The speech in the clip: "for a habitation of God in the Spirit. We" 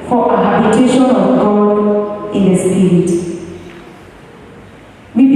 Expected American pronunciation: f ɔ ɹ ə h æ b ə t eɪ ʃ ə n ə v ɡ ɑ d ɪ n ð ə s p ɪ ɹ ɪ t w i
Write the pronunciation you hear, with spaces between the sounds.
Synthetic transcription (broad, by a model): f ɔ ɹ ə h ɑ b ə t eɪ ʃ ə n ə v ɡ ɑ ɪ n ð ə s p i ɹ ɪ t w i